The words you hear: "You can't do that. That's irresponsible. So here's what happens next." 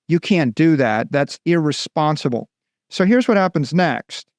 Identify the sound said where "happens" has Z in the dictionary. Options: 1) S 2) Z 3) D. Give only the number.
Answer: 2